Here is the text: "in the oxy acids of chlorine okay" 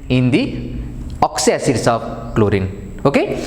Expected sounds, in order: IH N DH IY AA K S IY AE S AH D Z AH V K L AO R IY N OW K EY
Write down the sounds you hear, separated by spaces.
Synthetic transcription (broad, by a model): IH N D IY AA K S IY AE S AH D S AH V K L AO R IY N OW K EY